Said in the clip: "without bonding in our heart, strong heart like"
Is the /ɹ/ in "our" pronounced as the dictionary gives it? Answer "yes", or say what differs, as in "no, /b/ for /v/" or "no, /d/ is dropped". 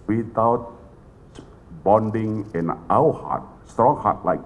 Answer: no, /w/ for /ɹ/